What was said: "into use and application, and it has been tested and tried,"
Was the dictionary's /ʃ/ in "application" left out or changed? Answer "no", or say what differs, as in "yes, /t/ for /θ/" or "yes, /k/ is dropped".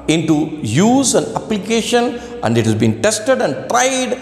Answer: no